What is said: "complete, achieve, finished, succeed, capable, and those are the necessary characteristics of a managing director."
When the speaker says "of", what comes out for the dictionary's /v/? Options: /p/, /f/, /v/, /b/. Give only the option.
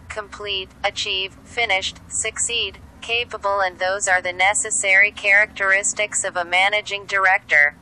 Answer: /v/